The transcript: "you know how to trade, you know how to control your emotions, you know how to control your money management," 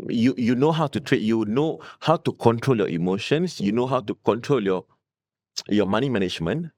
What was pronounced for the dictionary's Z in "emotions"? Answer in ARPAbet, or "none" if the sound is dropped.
S